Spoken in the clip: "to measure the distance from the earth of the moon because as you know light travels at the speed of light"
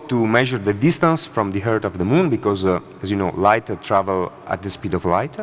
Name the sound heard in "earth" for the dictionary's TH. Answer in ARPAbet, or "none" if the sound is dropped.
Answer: T